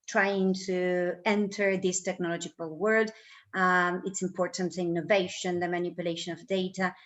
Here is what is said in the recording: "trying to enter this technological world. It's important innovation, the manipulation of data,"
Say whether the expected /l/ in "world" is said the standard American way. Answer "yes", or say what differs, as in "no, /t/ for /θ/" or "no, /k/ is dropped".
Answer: no, /l/ is dropped